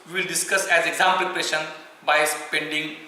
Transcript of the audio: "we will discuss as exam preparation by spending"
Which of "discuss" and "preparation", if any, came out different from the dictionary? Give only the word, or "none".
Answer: preparation